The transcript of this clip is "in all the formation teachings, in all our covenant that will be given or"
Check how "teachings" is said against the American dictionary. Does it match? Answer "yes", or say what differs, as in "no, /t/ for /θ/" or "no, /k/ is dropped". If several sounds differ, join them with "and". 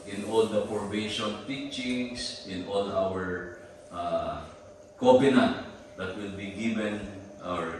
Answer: no, /s/ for /z/